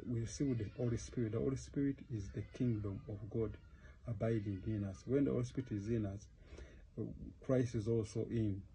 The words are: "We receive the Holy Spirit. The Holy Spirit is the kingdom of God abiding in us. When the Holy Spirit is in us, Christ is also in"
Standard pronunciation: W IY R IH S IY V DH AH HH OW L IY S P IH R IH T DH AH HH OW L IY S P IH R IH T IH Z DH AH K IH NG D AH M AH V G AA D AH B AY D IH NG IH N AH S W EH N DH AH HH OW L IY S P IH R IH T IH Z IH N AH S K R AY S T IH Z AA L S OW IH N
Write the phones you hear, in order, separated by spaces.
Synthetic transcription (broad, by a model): W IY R S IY W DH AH HH OW L IY S P IH R IH T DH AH HH OW L IY S P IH R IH T IH Z DH AH K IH NG D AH M AH V G AA D AH B AY D IH NG IH N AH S W EH N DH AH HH OW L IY S P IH R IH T IH Z IH N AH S K R AY S T IH Z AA L S OW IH N